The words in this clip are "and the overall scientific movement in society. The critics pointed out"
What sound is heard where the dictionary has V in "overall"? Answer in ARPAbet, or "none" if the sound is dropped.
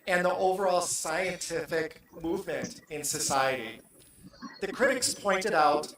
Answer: V